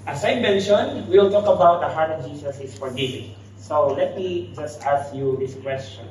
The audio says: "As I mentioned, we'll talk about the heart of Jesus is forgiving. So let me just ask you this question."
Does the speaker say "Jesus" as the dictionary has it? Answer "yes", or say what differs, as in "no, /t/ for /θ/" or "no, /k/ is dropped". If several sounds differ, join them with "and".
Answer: no, /s/ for /z/